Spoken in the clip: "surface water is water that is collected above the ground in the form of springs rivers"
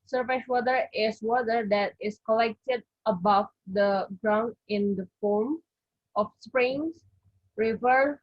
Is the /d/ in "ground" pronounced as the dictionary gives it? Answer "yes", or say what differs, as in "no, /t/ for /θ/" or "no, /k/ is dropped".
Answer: yes